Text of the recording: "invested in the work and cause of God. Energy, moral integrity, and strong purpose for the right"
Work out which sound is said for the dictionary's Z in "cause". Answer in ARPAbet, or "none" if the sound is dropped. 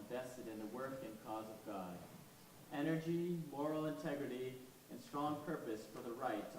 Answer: Z